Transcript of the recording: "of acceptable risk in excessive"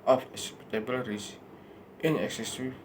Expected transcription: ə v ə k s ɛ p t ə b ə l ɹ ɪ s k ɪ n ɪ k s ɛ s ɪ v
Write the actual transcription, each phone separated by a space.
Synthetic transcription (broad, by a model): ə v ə s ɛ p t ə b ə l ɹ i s ɪ n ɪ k s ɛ s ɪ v